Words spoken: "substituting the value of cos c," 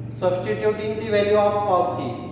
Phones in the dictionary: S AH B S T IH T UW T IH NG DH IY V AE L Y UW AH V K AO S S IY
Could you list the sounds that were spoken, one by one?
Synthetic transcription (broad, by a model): S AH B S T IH T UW T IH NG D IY V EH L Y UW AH P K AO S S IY